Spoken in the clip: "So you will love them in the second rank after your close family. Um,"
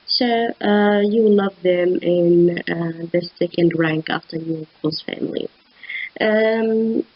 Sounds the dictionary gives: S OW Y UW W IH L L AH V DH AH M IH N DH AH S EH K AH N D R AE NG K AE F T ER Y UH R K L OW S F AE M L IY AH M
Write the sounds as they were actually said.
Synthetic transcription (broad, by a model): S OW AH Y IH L L AH V DH AH M IH N DH AH S EH K AH N D R AE NG K AE F T ER Y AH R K OW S F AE M L IY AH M